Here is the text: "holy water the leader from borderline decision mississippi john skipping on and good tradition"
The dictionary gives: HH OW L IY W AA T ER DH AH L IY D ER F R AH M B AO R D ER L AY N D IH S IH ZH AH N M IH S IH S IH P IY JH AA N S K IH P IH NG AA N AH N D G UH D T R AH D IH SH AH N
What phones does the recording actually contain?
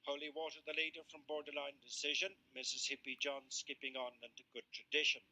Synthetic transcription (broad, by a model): HH OW L IY W AA T ER DH AH L IY D ER F R AH M B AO R D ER L AY N D IH S IH ZH AH N M IH S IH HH IH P IY JH AA N S K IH P IH NG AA N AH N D G UH D T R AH D IH SH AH N